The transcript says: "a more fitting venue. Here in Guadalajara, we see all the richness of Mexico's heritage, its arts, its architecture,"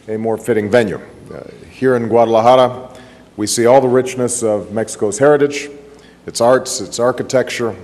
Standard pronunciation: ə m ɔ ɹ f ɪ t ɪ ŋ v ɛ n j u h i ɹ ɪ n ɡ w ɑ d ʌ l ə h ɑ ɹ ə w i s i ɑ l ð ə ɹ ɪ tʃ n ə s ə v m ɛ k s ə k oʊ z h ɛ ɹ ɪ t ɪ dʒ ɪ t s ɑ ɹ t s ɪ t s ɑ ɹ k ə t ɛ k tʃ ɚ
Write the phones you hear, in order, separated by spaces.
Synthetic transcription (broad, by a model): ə m ɔ ɹ f ɪ t ɪ ŋ v ɛ n j u h i ɹ ɪ n ɡ w ɑ d ʌ l ə h ɑ ɹ ə w i s i ɑ l ð ə ɹ ɪ tʃ n ə s ə v m ɛ k s ə k oʊ z h ɛ ɹ ɪ t ɪ dʒ ɪ t s ɑ ɹ t s ɪ t s ɑ ɹ k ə t ɛ k tʃ ɚ